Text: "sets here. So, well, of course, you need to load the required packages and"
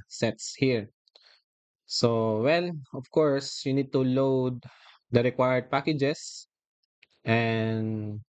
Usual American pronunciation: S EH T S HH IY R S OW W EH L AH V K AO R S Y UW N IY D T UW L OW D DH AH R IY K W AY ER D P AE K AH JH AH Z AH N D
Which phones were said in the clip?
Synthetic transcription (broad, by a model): S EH T S HH IY R S OW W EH N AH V K AO R S Y UW N IY D T UW L OW D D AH R IY K W AY ER D P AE K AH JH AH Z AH N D